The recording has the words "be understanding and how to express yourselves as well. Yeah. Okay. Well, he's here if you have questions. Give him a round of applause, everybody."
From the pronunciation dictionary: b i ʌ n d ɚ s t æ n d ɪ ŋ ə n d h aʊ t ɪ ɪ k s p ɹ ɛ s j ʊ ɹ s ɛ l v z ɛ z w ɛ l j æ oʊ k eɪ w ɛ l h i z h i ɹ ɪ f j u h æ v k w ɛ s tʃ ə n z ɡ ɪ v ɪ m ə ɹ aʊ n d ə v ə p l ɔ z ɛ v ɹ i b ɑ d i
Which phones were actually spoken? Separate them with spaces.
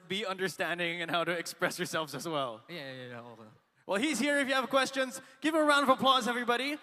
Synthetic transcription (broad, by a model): b i ʌ n d ɚ s t æ n d ɪ ŋ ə n h aʊ t ɪ ɪ k s p ɹ ɛ s j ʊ ɹ s ɛ l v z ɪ z w ɛ l j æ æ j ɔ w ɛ l h i z h i ɹ ɪ f j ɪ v k w ɛ s tʃ ə n z ɡ ɪ v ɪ ə ɹ aʊ n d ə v ə p l ɔ z ɛ v ɹ i b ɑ d i